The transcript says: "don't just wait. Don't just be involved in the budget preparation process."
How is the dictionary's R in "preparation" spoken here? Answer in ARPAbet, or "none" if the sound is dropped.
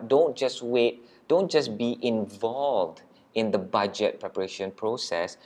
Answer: R